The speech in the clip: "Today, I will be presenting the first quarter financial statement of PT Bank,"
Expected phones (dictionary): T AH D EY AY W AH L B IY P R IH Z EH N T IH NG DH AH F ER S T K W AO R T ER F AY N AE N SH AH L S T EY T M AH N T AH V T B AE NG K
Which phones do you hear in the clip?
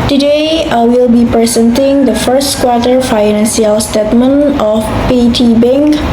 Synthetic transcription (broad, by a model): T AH D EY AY W AH L B IY P R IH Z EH N T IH NG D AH F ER S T K W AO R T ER F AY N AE N S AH L S T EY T M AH N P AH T B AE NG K